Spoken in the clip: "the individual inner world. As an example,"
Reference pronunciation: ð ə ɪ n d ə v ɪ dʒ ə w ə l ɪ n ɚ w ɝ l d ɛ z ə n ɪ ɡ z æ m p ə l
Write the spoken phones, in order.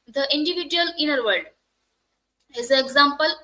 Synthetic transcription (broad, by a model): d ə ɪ n d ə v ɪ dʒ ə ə l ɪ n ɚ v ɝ d ɛ z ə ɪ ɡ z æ m p ə l